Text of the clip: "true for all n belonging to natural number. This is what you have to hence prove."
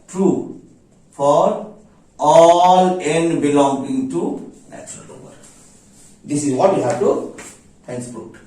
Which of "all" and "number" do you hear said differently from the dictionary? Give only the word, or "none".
number